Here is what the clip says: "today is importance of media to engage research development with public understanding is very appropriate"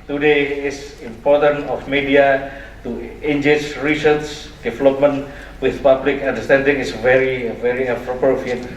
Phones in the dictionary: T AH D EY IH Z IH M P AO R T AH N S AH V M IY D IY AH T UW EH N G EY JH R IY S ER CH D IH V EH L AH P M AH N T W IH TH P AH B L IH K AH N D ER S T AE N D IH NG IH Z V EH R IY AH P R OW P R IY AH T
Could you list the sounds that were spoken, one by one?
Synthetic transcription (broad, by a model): T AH D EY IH S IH M P AO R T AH N AH F M IY D IY AH T UW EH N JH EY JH R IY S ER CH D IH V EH L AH P M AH N W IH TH P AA B L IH K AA N D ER S T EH N D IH NG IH S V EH R IY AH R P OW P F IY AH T